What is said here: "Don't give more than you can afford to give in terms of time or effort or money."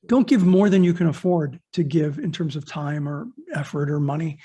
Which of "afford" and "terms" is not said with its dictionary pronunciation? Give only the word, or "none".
none